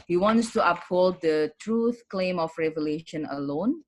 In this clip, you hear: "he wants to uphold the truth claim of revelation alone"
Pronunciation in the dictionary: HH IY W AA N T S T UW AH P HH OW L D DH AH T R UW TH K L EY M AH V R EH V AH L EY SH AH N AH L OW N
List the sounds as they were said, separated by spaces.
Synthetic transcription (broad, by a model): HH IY W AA N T S T UW AH P HH OW L D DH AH T R UW TH K L EY M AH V R EH V AH L EY SH AH N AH L OW N